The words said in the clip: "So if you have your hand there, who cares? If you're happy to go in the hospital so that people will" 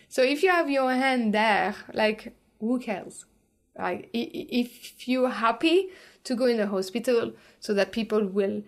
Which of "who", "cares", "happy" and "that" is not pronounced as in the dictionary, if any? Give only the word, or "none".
cares